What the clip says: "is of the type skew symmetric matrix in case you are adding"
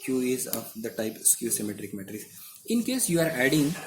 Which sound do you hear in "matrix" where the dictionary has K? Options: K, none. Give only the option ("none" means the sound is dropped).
none